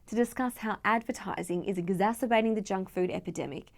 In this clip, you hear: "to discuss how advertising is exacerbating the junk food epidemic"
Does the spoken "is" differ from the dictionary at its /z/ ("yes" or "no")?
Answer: no